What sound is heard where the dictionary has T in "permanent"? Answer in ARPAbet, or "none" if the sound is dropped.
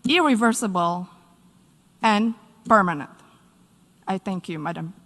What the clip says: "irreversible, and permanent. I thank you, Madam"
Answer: T